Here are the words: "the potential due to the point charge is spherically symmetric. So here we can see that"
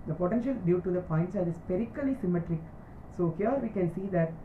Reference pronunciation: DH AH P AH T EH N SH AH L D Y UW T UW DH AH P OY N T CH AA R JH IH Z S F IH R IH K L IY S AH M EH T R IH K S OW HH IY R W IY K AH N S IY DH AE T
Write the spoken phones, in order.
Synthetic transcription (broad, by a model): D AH P AH T EH N SH AH L D Y UW T UW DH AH P OY N T S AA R IH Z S P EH R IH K L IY S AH M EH T R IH K S OW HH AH R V IY K AH N S IY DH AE T